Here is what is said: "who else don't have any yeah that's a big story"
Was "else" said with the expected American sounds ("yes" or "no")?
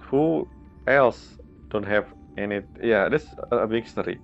yes